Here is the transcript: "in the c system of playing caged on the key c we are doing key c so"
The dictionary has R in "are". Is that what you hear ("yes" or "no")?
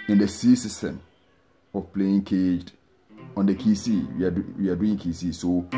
no